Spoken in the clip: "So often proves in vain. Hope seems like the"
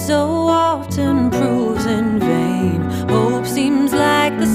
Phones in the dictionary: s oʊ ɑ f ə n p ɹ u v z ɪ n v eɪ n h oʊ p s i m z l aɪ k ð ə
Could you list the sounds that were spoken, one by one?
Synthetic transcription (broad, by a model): s oʊ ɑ ə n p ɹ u z ɪ n v eɪ n h oʊ p s i m z l aɪ k ð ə